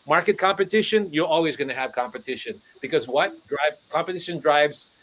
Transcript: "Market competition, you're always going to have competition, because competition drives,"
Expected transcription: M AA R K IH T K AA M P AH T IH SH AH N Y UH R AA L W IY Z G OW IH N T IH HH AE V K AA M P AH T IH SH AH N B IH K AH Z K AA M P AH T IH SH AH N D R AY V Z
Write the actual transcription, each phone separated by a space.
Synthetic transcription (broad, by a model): M AA R K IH T K AA M P AH T IH SH AH N Y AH R AA L W IY Z G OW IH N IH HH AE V K AA M P AH T IH SH AH N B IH K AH Z K AA M P AH T IH SH AH N D R AY V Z